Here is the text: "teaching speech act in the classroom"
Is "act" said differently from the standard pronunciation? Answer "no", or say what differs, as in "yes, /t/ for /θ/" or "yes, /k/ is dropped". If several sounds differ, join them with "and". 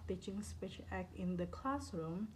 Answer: yes, /t/ is dropped